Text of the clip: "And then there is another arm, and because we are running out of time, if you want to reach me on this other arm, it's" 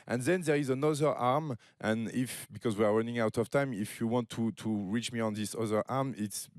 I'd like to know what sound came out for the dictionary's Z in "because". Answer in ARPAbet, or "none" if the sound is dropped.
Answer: Z